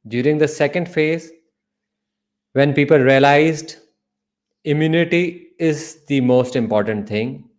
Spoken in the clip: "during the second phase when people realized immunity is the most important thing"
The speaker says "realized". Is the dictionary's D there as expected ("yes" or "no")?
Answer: yes